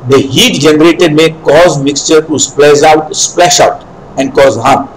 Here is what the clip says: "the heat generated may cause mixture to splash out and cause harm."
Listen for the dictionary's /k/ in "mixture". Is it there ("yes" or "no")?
yes